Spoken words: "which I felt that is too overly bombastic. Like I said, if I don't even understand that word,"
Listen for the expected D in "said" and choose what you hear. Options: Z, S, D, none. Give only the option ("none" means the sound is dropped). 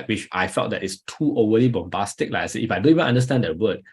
none